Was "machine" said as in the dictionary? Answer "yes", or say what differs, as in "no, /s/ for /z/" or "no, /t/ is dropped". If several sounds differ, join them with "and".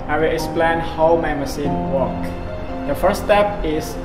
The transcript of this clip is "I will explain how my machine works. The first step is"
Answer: no, /s/ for /ʃ/